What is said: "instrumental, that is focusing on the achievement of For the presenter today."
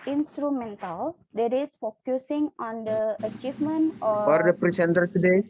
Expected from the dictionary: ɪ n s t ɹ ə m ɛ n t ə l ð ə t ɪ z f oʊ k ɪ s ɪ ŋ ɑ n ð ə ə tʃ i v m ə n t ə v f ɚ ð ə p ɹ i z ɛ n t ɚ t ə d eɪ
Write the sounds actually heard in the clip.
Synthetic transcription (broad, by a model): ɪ n s t ɹ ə m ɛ n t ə l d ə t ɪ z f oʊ k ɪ s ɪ ŋ ɑ n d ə ə tʃ i v m ə n t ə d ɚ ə p ɹ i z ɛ n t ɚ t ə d eɪ